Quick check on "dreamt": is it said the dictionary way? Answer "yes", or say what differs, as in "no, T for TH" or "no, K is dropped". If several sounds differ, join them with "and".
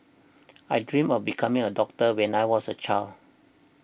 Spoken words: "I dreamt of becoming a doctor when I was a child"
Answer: no, T is dropped